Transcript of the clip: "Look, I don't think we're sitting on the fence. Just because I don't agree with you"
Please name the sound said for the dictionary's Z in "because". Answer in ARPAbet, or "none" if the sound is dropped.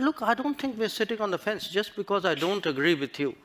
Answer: Z